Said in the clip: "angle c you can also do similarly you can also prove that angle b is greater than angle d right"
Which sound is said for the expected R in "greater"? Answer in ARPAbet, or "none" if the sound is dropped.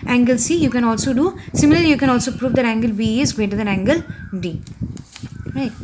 none